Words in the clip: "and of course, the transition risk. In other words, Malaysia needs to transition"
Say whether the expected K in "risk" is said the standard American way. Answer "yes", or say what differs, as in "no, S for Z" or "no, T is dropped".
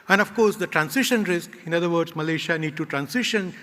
yes